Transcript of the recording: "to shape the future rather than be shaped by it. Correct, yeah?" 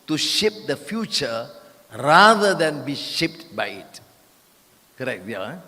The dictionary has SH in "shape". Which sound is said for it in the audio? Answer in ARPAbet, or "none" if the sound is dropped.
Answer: SH